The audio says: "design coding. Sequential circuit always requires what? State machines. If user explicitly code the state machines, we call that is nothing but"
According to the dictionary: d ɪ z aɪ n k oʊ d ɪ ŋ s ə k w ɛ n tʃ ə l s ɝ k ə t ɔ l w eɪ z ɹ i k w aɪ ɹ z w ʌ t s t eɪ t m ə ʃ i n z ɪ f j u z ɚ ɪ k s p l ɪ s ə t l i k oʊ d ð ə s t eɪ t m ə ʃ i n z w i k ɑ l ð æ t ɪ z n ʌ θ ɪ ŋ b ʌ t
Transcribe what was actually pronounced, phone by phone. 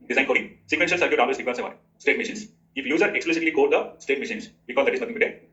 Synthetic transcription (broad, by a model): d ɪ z aɪ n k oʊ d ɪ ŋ s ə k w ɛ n ʃ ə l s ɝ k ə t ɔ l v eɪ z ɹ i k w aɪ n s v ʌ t s t eɪ t m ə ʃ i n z ɪ f j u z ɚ ɪ k s p l ɪ s ə t l i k oʊ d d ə s t eɪ t m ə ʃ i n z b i k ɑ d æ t ɪ z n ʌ t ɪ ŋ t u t